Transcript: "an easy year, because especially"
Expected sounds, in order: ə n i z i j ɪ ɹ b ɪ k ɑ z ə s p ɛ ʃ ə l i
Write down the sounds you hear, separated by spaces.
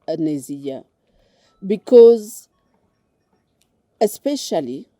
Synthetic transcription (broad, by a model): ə n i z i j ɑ b ɪ k ɑ z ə s p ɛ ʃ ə l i